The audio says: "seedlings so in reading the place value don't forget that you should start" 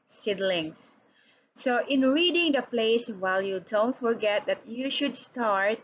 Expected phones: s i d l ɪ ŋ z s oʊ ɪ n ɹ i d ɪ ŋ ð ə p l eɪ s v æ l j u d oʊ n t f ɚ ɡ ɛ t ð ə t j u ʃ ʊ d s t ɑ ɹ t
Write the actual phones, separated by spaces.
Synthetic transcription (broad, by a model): s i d l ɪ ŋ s s oʊ ɪ n ɹ i d ɪ ŋ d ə p l eɪ s w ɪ l j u d oʊ n t f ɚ ɡ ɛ t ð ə t j u ʃ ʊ d s t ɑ ɹ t